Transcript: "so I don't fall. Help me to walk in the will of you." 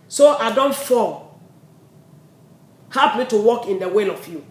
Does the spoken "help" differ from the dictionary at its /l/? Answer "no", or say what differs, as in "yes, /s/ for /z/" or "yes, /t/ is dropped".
yes, /l/ is dropped